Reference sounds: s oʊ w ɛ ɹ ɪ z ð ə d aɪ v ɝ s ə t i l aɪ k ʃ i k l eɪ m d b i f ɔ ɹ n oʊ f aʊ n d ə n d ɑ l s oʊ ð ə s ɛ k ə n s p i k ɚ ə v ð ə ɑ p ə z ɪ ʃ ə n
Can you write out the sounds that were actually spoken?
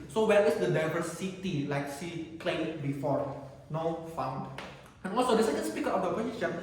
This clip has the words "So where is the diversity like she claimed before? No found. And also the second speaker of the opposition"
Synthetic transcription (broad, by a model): s oʊ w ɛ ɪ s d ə d aɪ v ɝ s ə t i l aɪ k s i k l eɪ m b i f ɔ ɹ n oʊ f aʊ n d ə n ɑ l s oʊ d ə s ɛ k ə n s p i k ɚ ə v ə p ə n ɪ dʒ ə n